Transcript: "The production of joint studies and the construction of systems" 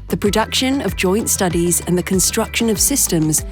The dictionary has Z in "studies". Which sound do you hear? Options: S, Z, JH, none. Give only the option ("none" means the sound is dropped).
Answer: Z